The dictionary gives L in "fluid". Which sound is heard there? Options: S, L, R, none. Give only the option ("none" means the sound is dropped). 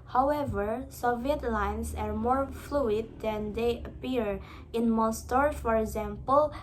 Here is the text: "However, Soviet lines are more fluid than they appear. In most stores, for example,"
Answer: L